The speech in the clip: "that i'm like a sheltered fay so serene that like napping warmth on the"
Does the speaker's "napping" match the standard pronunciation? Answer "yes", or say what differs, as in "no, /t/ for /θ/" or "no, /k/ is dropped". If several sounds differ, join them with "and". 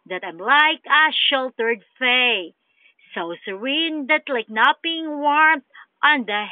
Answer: no, /b/ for /p/